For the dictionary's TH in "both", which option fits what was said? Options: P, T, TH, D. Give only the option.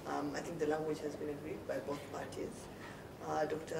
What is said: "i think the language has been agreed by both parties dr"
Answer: T